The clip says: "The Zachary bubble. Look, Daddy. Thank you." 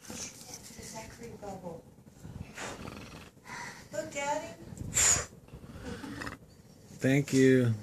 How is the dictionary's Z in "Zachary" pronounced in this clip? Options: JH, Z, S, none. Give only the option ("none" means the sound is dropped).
S